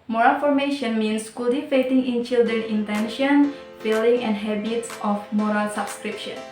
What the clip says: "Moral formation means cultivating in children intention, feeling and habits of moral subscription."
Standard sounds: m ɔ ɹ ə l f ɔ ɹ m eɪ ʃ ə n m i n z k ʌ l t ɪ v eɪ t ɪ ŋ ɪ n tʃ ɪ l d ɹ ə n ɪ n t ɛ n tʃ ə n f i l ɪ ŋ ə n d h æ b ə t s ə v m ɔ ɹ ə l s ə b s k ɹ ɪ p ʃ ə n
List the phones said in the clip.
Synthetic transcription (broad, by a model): m ɔ ɹ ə l f ɔ ɹ m eɪ ʃ ə n m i n s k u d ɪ f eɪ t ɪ ŋ ɪ n tʃ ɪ l d ɹ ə n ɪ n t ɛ n ʃ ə n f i l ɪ ŋ ə n d h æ b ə t s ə f m ɔ ɹ ə l s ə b s k ɹ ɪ p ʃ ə n